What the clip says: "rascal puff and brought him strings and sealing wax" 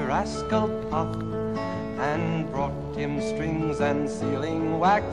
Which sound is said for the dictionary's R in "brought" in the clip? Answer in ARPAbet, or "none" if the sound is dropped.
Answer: R